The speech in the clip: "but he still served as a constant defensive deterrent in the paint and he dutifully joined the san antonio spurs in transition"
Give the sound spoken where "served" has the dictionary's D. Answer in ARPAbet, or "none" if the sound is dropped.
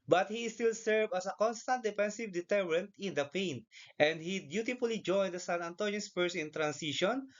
none